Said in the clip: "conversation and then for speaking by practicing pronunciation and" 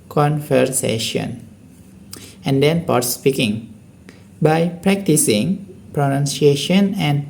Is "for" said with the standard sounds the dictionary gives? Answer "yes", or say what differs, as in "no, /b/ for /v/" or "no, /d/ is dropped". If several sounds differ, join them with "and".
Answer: no, /p/ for /f/